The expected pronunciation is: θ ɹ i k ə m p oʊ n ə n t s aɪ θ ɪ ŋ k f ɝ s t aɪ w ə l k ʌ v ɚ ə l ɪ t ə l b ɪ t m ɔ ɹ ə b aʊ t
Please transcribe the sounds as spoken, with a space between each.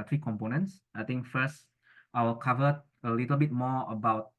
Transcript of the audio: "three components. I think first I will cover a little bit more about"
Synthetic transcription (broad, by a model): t ɹ i k ə m p oʊ n ə n t s aɪ t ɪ ŋ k f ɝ s t aɪ w ə l k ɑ v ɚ ə l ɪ t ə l b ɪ t m ɔ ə b aʊ t